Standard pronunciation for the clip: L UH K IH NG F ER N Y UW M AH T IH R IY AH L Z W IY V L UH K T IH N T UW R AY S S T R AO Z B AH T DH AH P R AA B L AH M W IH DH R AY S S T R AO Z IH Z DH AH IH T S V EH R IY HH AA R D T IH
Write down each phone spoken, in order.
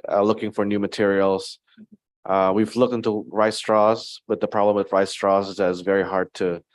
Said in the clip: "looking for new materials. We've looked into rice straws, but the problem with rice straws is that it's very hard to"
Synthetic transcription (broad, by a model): L UH K IH NG F ER N Y UW M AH T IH R IY L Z W IY V L UH K T IH N T UW R AY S S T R AO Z B AH T DH AH P R AA B L AH M W IH DH R AY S S T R AO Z IH Z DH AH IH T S V EH R IY HH AA R D T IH